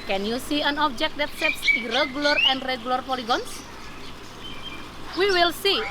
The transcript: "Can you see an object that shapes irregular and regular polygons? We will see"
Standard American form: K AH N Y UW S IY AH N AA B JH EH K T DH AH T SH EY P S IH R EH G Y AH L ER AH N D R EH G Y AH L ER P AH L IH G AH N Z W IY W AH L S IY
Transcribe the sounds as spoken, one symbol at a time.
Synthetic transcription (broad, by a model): K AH N Y UW S IY AH N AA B JH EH K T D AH T S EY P S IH R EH G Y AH L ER AH N D R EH G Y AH L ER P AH L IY G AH N S W IY W AH L S IY